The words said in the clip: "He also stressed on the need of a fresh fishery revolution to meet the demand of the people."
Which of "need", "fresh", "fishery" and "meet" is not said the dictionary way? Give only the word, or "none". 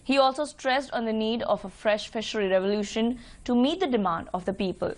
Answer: none